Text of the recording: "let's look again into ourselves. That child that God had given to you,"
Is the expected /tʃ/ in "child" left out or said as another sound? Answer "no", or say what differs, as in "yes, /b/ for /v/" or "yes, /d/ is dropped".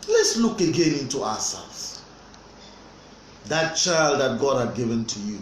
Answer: no